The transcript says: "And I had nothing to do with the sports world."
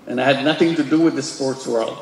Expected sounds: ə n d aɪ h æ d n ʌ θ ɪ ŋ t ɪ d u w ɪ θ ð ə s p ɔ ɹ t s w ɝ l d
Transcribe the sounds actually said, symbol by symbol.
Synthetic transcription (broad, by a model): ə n aɪ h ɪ d n ʌ θ ɪ ŋ t ɪ d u w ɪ ð ə s p ɔ ɹ t s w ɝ l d